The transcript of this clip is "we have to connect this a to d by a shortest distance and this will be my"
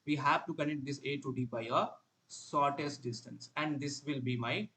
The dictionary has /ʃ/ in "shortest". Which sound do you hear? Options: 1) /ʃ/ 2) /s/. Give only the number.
2